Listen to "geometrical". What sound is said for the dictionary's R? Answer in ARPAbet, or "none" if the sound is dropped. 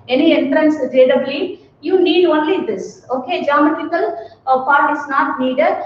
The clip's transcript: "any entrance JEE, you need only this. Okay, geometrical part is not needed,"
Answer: none